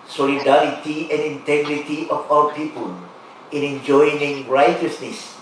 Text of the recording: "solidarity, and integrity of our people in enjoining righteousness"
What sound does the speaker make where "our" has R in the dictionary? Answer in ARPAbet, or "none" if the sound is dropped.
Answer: W